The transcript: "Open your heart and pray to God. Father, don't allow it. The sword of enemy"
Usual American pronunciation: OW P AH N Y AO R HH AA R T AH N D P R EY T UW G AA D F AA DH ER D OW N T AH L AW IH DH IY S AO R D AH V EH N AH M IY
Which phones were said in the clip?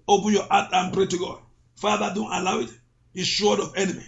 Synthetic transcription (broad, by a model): OW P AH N Y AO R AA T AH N P R EY T UW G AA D F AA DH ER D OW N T AH L AW IH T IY SH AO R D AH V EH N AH M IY